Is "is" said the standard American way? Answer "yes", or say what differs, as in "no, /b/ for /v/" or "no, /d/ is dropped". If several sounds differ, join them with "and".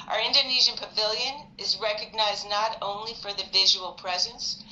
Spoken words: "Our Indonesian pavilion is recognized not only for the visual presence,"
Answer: yes